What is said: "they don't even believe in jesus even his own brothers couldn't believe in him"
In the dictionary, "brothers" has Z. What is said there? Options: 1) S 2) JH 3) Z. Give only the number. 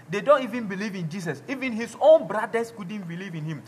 1